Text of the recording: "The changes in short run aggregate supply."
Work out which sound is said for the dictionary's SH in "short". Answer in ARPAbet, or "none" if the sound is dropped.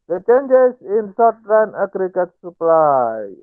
S